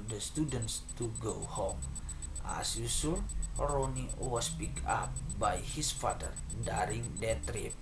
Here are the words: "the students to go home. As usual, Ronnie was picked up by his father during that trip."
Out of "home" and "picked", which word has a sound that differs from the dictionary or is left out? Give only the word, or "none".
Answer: picked